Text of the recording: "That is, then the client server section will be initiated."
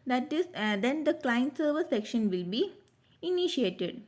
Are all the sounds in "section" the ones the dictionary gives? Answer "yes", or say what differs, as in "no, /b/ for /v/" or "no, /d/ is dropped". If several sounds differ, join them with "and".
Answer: yes